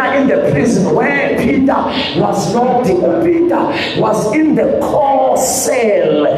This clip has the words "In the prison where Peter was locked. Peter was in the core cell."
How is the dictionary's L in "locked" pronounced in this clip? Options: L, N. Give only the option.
N